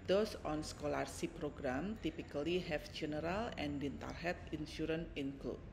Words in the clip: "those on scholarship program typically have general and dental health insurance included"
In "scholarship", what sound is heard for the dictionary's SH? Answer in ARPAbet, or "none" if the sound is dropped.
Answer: S